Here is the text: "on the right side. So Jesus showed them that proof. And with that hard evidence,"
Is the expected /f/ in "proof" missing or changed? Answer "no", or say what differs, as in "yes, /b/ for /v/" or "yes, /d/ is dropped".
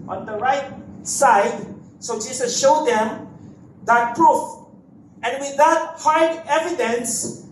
no